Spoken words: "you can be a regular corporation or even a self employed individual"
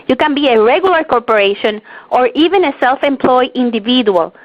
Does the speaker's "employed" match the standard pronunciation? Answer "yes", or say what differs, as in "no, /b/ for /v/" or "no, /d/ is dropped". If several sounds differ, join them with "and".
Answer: no, /d/ is dropped